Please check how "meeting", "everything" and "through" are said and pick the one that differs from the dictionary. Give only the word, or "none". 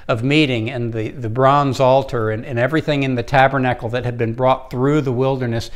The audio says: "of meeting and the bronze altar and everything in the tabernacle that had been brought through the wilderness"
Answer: none